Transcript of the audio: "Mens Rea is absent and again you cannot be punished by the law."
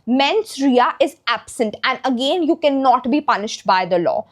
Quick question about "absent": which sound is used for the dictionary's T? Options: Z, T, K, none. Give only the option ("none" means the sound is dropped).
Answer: T